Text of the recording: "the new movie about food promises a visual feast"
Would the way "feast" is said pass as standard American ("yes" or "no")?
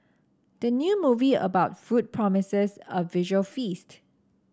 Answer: yes